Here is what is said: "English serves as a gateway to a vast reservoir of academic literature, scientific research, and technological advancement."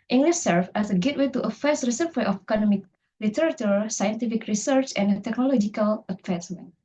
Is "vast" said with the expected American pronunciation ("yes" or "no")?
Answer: no